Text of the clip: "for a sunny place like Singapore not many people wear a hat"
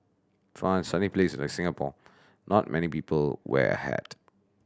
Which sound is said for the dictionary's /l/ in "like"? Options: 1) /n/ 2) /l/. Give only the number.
1